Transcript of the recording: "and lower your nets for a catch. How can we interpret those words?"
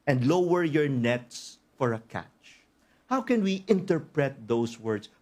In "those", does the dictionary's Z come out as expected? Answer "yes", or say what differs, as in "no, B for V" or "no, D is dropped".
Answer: no, S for Z